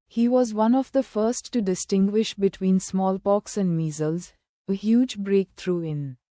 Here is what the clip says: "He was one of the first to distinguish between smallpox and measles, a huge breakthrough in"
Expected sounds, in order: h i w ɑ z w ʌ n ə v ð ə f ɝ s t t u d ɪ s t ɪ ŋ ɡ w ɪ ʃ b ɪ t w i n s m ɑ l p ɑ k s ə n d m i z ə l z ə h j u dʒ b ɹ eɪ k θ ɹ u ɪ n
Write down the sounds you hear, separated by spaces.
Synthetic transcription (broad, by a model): h i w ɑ z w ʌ n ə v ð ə f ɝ s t t u d ɪ s t ɪ ŋ ɡ w ɪ ʃ b ɪ t w i n s m ɑ l p ɑ k s ə n d m i z ə l z ə h j u dʒ b ɹ eɪ k t ɹ u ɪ n